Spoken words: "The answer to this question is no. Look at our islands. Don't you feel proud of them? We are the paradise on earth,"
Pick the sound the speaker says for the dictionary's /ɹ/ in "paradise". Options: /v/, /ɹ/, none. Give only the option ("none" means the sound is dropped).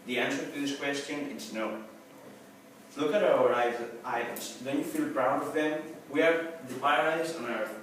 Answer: none